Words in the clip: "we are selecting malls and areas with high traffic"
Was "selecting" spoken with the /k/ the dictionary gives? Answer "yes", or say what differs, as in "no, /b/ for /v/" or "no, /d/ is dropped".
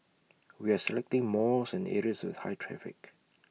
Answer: yes